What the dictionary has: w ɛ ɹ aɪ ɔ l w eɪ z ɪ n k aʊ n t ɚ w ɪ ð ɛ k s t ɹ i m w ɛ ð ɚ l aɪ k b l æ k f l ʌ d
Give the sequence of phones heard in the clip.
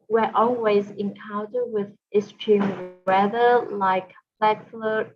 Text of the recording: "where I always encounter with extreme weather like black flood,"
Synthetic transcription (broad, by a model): w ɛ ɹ ɔ l w eɪ z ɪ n k aʊ n t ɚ w ɪ ð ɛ s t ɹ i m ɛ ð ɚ l aɪ k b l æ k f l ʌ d